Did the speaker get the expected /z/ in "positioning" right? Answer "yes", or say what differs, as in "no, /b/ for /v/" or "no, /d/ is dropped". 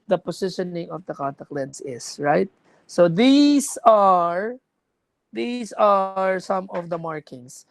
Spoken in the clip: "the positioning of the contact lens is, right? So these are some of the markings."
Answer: no, /s/ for /z/